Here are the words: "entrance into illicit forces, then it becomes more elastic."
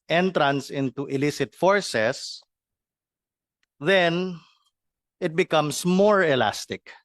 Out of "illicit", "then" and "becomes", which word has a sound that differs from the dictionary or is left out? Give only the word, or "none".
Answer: becomes